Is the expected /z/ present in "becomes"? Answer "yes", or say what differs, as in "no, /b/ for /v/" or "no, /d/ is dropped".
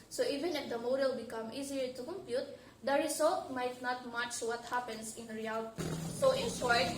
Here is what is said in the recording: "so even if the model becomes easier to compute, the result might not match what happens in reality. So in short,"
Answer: no, /z/ is dropped